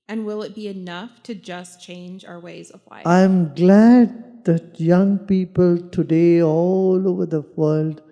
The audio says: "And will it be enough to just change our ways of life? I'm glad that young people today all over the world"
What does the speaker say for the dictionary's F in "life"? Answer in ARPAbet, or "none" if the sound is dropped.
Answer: none